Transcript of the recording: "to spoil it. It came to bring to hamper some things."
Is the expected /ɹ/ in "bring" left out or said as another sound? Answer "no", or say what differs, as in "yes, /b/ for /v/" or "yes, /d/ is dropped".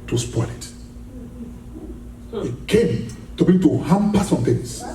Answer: yes, /ɹ/ is dropped